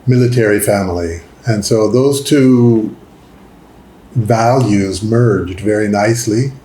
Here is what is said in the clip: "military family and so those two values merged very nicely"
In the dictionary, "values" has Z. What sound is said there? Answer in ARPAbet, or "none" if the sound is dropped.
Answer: Z